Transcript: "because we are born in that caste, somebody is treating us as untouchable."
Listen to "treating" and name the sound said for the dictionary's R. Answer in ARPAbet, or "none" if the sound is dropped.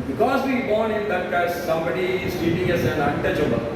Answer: none